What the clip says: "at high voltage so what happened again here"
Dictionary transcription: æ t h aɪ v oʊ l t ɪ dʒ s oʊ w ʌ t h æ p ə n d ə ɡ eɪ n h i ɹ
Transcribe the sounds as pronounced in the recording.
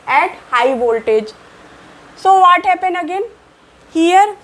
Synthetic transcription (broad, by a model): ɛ t h aɪ v oʊ l t ɪ dʒ s oʊ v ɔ t h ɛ p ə n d ə ɡ eɪ n h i ɹ